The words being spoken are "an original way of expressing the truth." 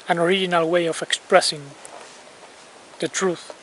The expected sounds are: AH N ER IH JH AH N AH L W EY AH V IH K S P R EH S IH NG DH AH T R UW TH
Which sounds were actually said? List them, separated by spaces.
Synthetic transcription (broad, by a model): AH N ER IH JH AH N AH L W EY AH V IH K S P R EH S IH NG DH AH T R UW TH